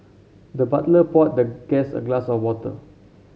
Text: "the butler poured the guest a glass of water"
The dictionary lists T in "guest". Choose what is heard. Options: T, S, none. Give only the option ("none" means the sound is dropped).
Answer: none